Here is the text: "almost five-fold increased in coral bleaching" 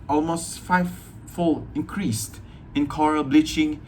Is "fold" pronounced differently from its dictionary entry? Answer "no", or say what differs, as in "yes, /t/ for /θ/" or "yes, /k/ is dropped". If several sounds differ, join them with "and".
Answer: yes, /d/ is dropped